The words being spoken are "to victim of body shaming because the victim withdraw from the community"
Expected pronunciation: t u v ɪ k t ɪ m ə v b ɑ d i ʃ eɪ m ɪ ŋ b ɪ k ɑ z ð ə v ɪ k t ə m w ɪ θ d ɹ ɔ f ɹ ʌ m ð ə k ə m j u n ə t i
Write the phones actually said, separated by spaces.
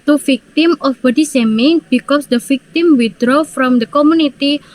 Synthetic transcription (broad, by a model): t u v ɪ k t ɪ m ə f b ɑ d i s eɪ m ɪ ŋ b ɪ k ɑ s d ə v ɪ k t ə m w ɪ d ɹ ɔ f ɹ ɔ m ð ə k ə m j u n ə t i